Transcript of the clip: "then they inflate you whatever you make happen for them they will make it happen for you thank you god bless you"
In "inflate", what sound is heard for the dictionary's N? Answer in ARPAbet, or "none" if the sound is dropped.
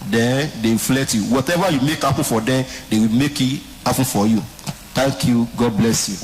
none